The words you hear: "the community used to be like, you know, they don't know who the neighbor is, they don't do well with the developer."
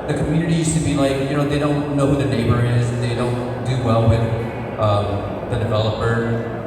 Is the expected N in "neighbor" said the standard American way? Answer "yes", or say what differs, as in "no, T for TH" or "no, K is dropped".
yes